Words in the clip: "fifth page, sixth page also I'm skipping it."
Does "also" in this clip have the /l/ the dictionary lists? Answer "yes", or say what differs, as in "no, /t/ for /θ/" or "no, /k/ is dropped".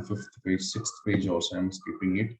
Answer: no, /l/ is dropped